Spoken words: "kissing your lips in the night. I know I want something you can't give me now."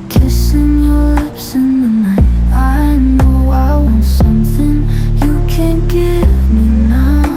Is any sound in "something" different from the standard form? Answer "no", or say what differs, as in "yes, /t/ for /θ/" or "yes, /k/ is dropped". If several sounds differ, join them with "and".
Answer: no